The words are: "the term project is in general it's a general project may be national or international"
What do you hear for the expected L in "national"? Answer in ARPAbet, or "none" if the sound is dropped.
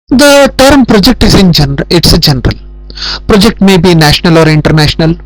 L